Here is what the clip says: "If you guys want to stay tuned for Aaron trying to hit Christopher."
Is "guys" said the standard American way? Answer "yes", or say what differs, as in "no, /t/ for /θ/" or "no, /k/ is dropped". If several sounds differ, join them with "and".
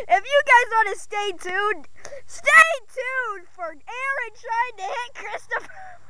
yes